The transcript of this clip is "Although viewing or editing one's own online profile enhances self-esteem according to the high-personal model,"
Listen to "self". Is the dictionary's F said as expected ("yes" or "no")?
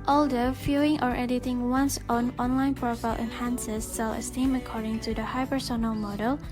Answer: no